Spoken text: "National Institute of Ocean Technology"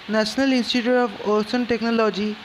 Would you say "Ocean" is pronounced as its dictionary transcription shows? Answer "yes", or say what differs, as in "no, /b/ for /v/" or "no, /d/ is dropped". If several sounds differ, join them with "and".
no, /s/ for /ʃ/